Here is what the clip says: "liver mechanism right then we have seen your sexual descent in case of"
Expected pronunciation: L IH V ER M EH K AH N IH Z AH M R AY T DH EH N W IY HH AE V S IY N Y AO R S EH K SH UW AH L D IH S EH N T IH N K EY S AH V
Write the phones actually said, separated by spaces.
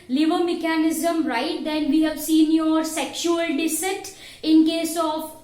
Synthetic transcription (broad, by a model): L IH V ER M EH K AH N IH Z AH M R AY T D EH N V IY HH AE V S IY N Y AO R S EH K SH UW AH L D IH S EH T IH N K EY S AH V